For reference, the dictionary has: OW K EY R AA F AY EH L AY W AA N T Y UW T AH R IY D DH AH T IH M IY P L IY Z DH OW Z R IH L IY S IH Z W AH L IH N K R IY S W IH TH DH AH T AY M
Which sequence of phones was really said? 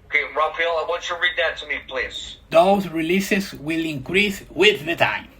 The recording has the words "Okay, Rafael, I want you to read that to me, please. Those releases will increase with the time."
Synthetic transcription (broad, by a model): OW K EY R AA F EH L AY W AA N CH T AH R IY D DH AH T IH M IY P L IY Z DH OW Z R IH L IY S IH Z W AH L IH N K R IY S W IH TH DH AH T AY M